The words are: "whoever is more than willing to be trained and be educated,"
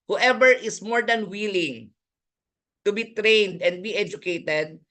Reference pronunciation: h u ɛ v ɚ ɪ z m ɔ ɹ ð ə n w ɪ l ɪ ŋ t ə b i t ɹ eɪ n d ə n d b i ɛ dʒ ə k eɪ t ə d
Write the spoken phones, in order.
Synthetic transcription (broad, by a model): h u ɛ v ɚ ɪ s m ɔ ɹ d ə n w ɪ l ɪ ŋ t ə b i t ɹ eɪ n d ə n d b i ɛ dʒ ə k eɪ t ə d